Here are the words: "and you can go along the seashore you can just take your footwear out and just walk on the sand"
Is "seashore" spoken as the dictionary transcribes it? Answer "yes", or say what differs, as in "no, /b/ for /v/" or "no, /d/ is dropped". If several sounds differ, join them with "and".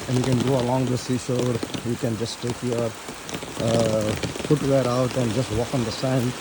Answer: no, /s/ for /ʃ/